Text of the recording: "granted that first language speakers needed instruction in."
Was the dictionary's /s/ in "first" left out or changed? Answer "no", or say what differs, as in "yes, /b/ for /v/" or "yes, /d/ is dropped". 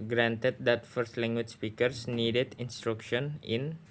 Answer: no